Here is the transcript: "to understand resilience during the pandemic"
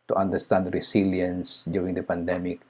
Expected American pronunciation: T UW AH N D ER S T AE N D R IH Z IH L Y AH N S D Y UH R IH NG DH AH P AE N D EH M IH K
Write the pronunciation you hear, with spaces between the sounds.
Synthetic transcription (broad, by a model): T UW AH N D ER S T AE N D R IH S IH L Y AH N S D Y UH R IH NG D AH P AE N D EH M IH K